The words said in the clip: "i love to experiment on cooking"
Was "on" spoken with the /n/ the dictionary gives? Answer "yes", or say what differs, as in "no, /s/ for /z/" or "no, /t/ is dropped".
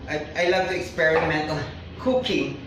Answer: no, /l/ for /n/